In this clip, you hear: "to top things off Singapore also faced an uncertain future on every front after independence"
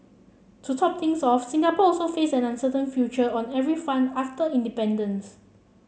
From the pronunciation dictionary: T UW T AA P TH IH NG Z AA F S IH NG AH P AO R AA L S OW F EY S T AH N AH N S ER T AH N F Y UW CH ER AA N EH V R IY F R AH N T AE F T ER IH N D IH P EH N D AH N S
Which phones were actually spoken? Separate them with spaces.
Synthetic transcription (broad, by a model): T UW T AA P T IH NG S AA F S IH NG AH P AO AA L S OW F EY S AH N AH N S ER T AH N F Y UW CH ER AA N EH V R IY F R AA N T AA F T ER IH N D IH P EH N D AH N S